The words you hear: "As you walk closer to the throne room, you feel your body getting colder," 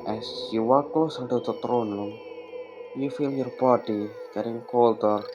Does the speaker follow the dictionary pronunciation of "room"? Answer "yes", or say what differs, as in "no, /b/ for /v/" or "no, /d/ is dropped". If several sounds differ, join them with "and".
no, /l/ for /ɹ/